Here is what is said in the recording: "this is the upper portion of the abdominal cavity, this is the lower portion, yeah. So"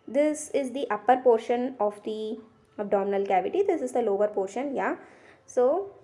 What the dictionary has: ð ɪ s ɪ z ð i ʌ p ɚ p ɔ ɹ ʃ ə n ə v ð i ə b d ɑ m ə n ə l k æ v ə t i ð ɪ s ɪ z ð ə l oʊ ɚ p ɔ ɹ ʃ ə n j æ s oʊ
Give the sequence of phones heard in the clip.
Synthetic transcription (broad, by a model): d ɪ s ɪ z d i ʌ p ɚ p ɔ ɹ ʃ ə n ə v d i ə b d ɑ m ə n ə l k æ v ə t i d ɪ s ɪ z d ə l oʊ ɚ p ɔ ɹ ʃ ə n j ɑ s oʊ